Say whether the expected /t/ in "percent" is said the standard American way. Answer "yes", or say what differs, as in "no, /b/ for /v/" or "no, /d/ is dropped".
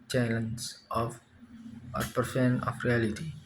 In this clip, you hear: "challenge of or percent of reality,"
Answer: no, /t/ is dropped